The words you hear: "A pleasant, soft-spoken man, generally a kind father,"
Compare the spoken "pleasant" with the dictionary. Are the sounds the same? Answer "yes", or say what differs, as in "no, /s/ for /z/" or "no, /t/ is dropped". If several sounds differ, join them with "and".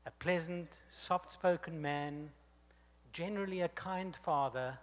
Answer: yes